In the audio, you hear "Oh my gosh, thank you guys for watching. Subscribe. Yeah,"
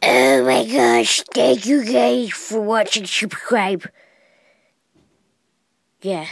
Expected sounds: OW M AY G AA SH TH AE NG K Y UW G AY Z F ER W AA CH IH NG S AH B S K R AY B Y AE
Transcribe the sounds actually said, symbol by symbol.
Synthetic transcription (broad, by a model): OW M AY G AA SH T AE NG K Y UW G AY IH F ER W AA CH IH NG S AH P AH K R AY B Y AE